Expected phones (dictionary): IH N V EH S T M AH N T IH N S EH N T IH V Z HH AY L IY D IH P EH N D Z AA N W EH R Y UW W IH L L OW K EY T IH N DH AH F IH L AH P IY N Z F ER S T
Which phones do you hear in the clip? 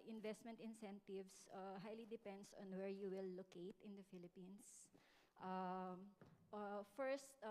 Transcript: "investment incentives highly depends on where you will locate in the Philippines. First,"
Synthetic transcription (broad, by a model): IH N V EH S T M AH N T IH N S EH N T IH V S HH AY L IY D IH P EH N D S AA N W EH R Y UW W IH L L OW K EY T IH N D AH F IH L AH P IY N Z F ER S T